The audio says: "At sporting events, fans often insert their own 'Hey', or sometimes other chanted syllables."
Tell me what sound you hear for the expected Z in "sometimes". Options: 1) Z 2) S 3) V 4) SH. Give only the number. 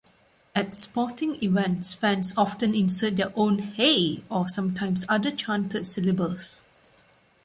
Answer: 2